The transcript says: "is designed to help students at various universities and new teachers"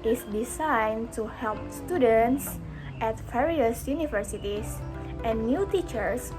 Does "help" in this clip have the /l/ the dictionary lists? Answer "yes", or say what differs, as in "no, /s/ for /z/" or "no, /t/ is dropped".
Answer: yes